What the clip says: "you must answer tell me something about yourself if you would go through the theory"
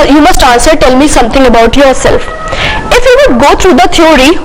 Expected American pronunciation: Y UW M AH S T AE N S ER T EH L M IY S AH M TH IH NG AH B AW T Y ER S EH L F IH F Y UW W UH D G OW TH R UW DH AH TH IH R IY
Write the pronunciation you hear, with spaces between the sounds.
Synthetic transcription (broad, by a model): Y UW M AH S T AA N S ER T EH L M IY S AH M T IH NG AH B AW T Y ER S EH L F IH F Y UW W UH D G OW T R UW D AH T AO R IY